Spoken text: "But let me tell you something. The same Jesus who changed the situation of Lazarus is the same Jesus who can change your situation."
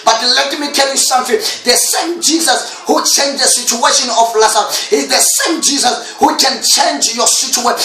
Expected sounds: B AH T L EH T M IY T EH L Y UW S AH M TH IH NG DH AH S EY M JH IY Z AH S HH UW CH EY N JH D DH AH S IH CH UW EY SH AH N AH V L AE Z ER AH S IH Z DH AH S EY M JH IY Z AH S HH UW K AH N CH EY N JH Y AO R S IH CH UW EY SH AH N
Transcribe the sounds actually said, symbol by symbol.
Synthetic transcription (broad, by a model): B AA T L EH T M IY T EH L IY S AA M F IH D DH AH S EY M JH IY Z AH S HH UW CH EY N JH D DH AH S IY CH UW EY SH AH N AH F L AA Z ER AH IH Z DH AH S EY M JH IY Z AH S HH UW K AH N CH EY N JH Y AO S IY CH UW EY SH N